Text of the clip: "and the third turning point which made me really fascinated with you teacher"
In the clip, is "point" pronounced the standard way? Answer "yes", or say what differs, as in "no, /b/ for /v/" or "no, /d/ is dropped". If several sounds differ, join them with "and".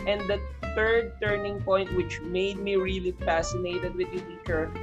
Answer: yes